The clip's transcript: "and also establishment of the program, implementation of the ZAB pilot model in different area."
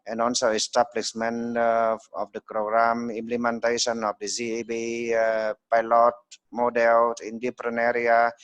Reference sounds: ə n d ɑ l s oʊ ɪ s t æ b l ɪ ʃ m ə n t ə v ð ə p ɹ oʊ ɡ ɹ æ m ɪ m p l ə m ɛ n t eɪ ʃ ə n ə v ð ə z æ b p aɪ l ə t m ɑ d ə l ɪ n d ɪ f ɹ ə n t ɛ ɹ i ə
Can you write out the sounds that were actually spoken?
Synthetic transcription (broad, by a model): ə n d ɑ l s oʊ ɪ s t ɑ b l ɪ s m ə n ə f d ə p ɹ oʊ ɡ ɹ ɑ m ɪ m p l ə m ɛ n t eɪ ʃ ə n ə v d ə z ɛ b p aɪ l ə t m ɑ d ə l ɪ n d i p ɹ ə n ɛ ɹ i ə